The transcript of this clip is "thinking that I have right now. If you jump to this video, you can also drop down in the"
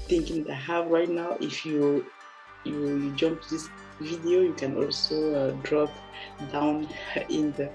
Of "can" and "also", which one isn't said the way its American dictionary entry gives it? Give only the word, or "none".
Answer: none